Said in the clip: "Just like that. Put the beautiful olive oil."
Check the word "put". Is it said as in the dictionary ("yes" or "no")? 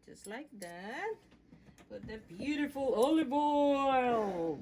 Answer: no